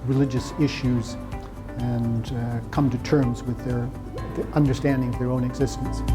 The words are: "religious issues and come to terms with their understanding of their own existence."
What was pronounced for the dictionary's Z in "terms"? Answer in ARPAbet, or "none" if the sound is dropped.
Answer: Z